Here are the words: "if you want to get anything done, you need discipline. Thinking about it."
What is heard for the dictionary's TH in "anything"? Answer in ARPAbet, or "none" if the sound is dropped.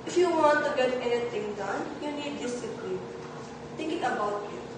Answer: T